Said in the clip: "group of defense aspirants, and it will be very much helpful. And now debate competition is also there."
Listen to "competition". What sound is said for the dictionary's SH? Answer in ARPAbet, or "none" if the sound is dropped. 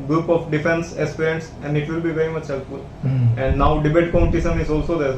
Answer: S